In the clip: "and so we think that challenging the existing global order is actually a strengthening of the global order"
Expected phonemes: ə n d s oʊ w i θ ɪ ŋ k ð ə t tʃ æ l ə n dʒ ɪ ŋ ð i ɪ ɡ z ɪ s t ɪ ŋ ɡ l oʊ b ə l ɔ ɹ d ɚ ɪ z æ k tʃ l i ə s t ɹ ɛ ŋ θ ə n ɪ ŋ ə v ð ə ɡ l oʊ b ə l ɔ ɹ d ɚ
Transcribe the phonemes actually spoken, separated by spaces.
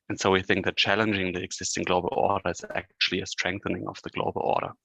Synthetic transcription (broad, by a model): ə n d s oʊ w i θ ɪ ŋ k ð ə t tʃ æ l ə n dʒ ɪ ŋ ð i ɪ ɡ z ɪ s t ɪ ŋ ɡ l oʊ b ə l ɔ ɹ d ɚ ɪ z æ k tʃ l i ə s t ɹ ɛ ŋ θ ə n ɪ ŋ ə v ð ə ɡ l oʊ b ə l ɔ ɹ d ɚ